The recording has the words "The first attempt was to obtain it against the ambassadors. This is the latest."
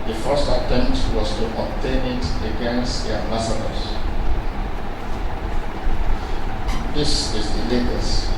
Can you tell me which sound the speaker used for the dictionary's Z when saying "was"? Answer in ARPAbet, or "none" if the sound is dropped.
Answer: S